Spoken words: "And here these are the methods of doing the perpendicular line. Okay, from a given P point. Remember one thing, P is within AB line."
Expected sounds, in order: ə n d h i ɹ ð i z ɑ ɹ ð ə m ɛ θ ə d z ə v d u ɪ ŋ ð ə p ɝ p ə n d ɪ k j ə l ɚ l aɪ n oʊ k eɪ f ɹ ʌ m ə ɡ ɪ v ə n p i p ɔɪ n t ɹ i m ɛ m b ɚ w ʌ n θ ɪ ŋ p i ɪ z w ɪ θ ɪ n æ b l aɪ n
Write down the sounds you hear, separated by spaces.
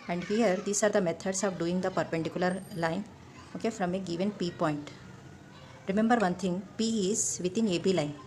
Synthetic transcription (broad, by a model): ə n d h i ɹ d i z ɑ ɹ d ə m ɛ t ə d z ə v d u ɪ ŋ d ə p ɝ p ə n d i k j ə l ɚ l aɪ n oʊ k eɪ f ɹ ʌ m ə ɡ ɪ v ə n p i p ɔɪ n t ɹ i m ɛ m b ɚ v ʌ n t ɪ ŋ p i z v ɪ t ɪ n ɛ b l aɪ n